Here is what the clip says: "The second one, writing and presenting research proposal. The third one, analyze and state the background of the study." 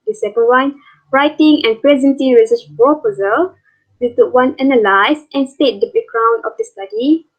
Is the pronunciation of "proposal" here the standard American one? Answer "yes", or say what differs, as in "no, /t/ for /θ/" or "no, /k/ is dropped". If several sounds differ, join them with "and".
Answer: no, /ɹ/ is dropped